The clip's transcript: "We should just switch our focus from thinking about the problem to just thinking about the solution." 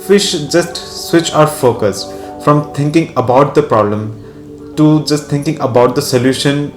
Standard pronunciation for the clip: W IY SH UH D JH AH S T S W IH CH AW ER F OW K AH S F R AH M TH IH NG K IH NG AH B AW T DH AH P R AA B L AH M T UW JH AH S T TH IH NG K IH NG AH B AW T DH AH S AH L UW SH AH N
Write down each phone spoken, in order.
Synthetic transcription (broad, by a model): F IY SH JH AH S T S W IH CH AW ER F OW K AH S F R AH M T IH NG K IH NG AH B AW T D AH P R AA B L AH M T UW JH AH S T T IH NG K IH NG AH B AW T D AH S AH L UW SH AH N